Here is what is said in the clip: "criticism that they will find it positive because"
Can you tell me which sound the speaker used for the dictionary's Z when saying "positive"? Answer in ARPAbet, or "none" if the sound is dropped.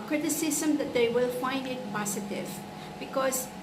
S